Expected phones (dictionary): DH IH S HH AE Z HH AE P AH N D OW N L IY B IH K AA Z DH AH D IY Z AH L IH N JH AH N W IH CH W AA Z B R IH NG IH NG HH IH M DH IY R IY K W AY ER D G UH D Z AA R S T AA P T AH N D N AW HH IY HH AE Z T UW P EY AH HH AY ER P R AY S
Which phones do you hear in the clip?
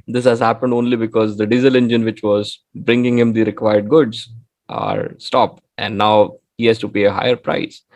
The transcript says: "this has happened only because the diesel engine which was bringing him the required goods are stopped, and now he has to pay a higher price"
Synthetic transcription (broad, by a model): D IH S HH AE Z HH AE P AH N D OW N L IY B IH K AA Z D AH D IY Z AH L IH N JH AH N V IH CH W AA Z B R IH NG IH NG HH IH M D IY R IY K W AY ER D G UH D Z AA R S T AA P T AH N D N AW HH IY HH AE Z T UW P EY AH HH AY ER P R AY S